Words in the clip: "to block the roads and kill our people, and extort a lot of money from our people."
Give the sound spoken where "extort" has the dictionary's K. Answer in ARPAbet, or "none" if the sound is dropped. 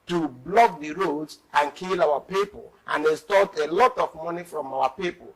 none